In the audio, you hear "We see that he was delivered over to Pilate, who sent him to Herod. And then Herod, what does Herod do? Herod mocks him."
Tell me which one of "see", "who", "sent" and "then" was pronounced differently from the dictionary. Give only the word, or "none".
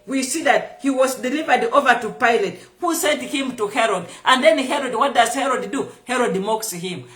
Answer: none